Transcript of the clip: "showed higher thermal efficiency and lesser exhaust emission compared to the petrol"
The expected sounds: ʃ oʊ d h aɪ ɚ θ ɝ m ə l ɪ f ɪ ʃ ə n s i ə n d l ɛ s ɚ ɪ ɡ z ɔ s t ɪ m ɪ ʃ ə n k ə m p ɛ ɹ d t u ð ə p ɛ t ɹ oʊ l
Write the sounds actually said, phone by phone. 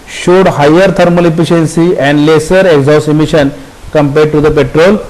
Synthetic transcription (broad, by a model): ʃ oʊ d h aɪ ɚ t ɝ m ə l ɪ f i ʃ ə n s i ə n d l ɛ s ɚ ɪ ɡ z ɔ s ɪ m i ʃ ə n k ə m p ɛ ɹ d t u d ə p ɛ t ɹ oʊ l